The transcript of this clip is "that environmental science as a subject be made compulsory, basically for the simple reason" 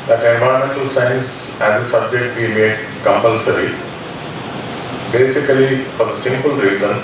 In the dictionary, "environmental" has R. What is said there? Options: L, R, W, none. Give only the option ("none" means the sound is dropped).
none